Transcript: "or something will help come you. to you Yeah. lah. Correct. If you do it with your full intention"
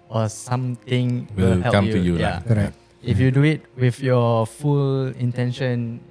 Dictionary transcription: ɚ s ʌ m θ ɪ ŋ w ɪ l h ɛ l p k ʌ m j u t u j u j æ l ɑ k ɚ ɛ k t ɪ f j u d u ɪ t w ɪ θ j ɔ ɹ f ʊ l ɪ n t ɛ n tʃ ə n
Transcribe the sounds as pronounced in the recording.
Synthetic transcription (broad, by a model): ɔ s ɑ m t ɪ ŋ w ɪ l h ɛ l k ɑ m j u t u j u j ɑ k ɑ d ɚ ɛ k ɪ f j u d u ɪ t w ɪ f j ɔ f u l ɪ n t ɛ n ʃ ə n